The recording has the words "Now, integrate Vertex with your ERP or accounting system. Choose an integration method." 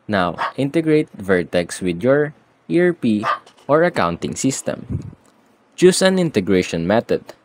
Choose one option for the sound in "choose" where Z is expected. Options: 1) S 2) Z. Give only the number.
1